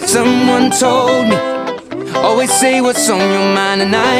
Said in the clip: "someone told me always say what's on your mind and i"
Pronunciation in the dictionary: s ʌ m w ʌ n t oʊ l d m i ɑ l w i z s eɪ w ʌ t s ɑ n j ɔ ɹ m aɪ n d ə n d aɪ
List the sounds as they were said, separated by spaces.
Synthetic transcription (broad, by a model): s ʌ m w ʌ n t oʊ l d m i ɑ l w i z s eɪ w ʌ t s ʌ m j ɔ m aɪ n ə n aɪ